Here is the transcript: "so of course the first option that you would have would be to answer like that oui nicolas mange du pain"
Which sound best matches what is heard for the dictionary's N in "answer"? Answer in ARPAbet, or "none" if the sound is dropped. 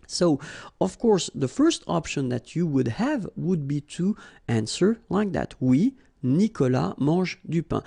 N